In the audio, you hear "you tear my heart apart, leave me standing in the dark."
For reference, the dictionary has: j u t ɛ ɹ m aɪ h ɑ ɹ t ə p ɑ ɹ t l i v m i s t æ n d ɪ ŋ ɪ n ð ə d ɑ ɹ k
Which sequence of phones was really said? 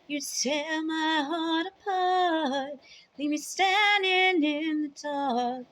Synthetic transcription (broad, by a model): j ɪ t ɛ l m aɪ h ɑ ɹ t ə p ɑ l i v m i s t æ n d ɪ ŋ ɪ n ð ə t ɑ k